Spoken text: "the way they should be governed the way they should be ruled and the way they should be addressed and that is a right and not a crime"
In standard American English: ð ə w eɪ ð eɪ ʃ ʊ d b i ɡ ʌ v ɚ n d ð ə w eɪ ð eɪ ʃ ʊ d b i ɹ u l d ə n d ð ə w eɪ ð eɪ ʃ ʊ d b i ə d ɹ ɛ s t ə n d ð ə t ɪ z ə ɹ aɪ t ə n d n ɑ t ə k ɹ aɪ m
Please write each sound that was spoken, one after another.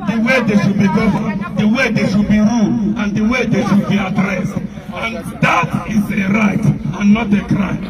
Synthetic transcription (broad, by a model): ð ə w eɪ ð eɪ ʃ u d b i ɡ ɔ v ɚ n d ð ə w eɪ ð eɪ ʃ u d b i ɹ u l ə n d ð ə w eɪ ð eɪ ʃ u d b i ə d ɹ ɛ s t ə n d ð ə t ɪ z ə ɹ aɪ t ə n n ɑ t ə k ɹ aɪ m